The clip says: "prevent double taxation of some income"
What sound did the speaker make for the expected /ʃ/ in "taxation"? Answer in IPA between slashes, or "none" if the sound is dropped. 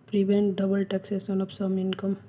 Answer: /s/